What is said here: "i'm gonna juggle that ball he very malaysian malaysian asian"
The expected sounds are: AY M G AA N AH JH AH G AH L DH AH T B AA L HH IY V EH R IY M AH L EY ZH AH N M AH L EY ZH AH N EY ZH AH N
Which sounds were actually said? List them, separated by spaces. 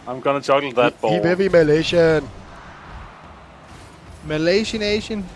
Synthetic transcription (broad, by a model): AY M G AA N AH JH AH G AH L DH AH T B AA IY P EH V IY M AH L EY SH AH N M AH L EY SH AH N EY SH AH N